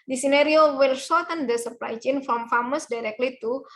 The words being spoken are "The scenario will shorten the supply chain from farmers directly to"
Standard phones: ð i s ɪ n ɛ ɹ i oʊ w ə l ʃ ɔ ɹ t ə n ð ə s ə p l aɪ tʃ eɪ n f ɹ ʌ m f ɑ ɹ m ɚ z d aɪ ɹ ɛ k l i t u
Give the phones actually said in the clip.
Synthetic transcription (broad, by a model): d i s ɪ n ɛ ɹ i oʊ w ə l s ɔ t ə n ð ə s ə p l aɪ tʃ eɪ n f ɹ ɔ m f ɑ m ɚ s d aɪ ɹ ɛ k l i t u